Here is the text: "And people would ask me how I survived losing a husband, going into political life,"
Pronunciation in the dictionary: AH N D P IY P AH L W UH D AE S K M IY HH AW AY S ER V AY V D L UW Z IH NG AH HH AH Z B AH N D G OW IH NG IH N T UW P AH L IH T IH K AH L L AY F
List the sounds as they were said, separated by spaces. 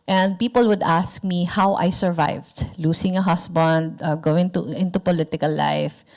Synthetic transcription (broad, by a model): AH N D P IY P AH L W UH D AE S K M IY HH AW AY S ER V AY V D L UW S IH NG AH HH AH S B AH N D G OW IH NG IH N T UW P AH L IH T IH K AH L L AY F